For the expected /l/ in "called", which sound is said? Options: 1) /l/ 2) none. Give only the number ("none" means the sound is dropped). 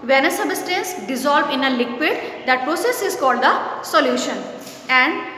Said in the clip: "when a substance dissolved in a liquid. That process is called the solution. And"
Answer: 1